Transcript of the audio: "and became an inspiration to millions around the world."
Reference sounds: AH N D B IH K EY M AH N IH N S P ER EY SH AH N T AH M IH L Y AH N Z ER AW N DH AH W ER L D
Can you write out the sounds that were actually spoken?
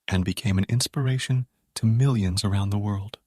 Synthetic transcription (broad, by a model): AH N B IH K EY M AH N IH N S P ER EY SH AH N T AH M IH L Y AH N Z ER AW N DH AH W ER L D